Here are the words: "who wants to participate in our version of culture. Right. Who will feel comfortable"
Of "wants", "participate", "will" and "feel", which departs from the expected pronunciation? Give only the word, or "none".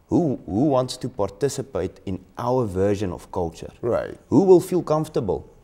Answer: none